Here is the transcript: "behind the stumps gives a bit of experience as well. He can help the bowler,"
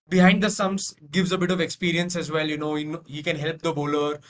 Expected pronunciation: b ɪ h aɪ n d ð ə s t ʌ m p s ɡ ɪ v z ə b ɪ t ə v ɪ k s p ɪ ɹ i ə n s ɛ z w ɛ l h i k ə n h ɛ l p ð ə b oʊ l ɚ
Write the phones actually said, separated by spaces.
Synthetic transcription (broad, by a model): b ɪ h aɪ n d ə s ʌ m s ɡ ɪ v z ə b ɪ t ə v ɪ k s p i ɹ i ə n s ɛ z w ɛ l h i k ə n h ɛ l p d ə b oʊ l ɚ